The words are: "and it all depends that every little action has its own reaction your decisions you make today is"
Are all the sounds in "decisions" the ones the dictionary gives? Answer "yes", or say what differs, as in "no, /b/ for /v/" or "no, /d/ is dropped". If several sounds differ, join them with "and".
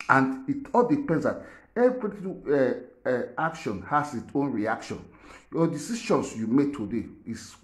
no, /ʃ/ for /ʒ/ and /s/ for /z/